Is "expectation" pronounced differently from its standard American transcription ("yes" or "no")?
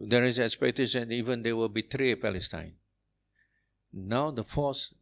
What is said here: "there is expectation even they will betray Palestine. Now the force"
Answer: yes